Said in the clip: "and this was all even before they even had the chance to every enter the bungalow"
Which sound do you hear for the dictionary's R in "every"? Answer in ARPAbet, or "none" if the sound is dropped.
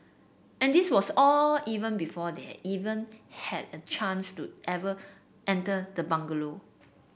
none